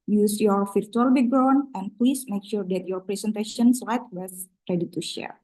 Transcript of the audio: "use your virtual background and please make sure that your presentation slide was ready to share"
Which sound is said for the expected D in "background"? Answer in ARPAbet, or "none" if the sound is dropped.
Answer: none